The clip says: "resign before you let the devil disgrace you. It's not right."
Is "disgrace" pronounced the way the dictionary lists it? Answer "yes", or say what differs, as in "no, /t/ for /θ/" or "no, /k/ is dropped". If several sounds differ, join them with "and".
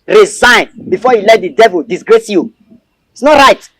yes